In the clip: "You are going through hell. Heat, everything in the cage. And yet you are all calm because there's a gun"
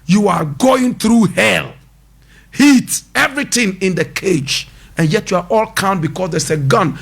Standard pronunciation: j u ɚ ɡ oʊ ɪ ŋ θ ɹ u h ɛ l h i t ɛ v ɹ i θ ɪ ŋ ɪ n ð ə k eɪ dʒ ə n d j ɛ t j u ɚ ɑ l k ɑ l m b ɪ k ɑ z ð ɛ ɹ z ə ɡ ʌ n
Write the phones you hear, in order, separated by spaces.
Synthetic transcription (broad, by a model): j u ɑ ɡ oʊ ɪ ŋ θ ɹ u h ɛ l h i t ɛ v ɹ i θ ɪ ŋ ɪ n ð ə k eɪ dʒ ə n j ɛ t j u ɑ ɑ l k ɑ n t b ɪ k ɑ s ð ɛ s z ə ɡ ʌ n